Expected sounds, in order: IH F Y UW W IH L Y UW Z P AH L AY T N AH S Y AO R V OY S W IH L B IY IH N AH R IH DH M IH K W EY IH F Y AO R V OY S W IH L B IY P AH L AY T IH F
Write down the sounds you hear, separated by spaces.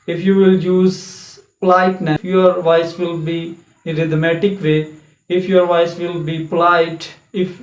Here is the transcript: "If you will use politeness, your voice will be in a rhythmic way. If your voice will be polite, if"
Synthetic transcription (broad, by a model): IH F Y UW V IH L Y UW Z P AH L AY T N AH Y AO R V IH S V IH L B IY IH R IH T M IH K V EY IH F Y AO R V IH S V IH L B IY P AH L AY T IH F